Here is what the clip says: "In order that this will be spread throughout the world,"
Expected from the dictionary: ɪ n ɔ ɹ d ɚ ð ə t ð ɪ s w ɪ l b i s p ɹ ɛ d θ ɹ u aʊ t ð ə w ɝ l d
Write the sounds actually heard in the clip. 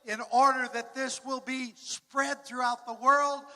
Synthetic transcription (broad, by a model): ɪ n ɔ ɹ d ɚ ð ə t ð ɪ s w ɪ l b i s p ɹ ɛ d θ ɹ u aʊ t ð ə w ɝ l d